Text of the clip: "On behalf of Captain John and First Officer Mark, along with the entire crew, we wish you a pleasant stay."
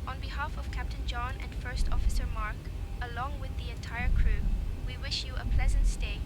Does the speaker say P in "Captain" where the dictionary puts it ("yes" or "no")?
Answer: yes